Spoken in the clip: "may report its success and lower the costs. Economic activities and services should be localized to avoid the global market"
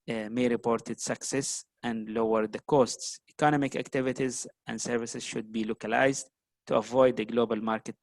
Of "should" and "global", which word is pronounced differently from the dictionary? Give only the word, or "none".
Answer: none